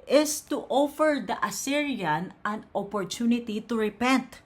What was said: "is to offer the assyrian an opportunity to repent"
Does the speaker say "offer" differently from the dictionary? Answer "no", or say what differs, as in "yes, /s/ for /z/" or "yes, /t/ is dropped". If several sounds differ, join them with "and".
no